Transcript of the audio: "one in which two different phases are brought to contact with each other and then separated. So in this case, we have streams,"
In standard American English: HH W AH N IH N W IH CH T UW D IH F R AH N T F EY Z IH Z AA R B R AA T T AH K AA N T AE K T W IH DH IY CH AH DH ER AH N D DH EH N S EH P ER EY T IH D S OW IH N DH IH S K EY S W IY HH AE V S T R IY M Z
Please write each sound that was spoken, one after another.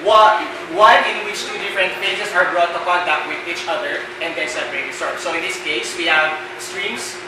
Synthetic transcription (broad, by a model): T W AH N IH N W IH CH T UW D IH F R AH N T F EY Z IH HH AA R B R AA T T AH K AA N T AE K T W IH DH IY CH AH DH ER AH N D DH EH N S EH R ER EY S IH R S OW IH N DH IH S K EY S W IY HH AE V S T R IY M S